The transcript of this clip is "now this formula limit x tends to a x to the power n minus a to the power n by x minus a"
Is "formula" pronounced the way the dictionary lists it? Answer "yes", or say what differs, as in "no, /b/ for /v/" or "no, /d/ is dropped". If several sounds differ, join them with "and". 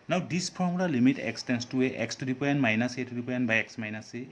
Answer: no, /p/ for /f/